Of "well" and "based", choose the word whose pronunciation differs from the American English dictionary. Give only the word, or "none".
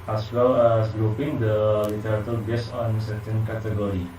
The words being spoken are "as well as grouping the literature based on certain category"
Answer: based